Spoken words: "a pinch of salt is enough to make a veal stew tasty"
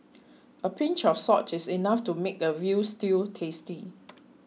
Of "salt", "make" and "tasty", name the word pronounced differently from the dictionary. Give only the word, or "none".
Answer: salt